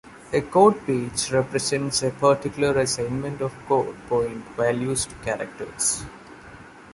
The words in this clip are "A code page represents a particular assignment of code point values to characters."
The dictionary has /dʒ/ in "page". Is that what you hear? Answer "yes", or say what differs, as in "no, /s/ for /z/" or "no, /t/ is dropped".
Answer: no, /tʃ/ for /dʒ/